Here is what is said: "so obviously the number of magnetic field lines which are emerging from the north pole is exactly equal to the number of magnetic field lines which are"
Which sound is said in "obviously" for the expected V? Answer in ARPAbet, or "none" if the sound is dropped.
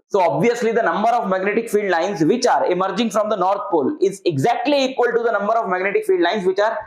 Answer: V